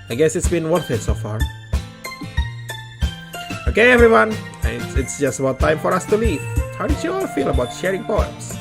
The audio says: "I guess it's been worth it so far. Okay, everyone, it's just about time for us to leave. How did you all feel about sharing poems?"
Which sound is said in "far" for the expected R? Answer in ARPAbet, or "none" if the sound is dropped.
R